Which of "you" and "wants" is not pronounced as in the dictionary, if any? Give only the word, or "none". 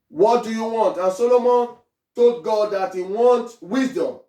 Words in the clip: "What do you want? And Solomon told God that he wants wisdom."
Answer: wants